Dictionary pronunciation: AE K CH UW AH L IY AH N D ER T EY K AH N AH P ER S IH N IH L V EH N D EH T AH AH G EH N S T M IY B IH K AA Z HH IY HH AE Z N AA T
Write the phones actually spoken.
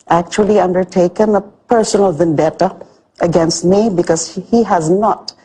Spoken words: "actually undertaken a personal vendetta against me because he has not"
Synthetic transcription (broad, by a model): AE K CH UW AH L IY AH N D ER T EY K AH N AH P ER S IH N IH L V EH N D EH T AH AH G EH N S T M IY B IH K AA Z HH IY HH AE Z N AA T